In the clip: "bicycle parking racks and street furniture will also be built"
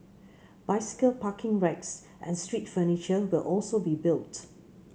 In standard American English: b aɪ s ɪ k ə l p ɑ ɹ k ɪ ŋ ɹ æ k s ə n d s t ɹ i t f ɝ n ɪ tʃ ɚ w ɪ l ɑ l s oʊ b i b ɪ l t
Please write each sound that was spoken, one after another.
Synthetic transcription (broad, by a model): b aɪ s ɪ k ə l p ɑ k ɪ ŋ ɹ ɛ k s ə n s t ɹ i t f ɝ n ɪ tʃ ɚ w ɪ l ɑ l s oʊ b i b ɪ l t